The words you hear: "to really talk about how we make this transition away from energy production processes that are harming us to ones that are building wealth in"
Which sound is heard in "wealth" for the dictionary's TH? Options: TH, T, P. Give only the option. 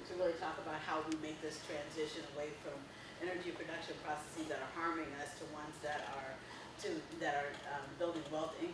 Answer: T